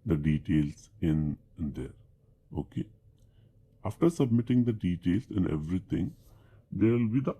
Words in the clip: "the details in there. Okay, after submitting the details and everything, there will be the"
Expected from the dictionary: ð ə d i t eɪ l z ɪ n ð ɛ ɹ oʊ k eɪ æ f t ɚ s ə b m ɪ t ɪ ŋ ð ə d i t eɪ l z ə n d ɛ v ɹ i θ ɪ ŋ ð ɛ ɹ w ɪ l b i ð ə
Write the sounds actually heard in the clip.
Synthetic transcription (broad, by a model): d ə d i t eɪ l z ɪ n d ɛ ɹ oʊ k eɪ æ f t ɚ s ə b m ɪ t ɪ ŋ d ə d i t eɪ l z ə n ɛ v ɹ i t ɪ ŋ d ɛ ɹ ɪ l b i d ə